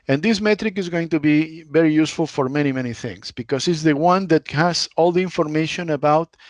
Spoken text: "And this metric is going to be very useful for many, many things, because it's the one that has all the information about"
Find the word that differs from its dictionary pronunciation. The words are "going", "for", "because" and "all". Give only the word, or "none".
because